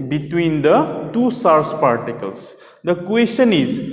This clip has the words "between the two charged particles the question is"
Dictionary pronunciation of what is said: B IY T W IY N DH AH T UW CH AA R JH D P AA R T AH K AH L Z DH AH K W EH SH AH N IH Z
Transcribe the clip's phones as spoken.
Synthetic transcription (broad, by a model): B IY T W IY N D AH T UW S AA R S P AA R T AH K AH L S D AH K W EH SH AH N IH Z